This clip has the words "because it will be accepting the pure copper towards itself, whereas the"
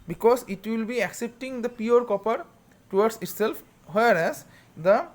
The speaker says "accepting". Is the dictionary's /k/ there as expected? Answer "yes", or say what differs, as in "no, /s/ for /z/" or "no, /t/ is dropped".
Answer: yes